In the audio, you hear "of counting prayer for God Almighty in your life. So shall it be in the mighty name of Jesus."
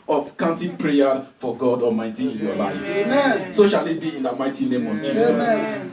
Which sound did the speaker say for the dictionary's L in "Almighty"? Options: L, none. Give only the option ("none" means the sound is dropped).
none